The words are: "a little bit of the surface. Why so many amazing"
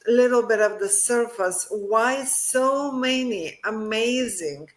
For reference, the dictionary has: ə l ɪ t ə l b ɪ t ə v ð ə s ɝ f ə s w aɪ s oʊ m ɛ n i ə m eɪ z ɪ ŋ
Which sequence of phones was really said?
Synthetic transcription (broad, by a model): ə l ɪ t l b ɪ t ə v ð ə s ɝ f ə s w aɪ s oʊ m ɛ n i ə m eɪ z ɪ ŋ